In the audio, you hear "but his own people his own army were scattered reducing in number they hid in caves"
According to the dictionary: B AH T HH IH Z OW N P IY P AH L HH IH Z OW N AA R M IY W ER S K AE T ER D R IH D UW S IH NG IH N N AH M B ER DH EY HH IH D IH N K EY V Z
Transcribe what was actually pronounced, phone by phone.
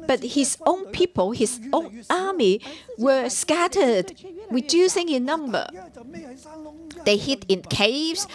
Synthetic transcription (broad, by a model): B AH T HH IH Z OW N P IY P AH L HH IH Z OW N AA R M IY W ER S K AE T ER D W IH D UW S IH NG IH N N AH M B ER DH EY HH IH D IH N K EY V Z